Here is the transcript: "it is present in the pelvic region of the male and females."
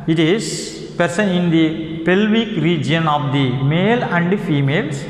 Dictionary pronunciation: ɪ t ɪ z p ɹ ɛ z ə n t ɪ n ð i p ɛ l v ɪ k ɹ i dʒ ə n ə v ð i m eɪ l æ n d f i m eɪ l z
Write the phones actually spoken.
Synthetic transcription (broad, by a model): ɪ t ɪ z p ɹ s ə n ɪ n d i p ɛ l v ɪ k ɹ i dʒ ə n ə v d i m eɪ l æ n d f i m eɪ l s